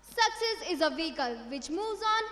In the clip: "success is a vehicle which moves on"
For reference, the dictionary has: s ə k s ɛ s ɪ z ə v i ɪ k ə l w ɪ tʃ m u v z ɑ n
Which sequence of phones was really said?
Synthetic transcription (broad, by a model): s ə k s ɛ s ɪ z ə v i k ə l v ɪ tʃ m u z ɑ n